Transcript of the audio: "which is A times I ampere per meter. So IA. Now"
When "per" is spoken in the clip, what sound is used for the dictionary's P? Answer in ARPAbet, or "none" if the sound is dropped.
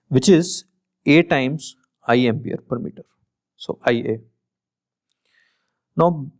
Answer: P